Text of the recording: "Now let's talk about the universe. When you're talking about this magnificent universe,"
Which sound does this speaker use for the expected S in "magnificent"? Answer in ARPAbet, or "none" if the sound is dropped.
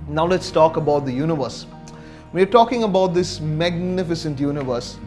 S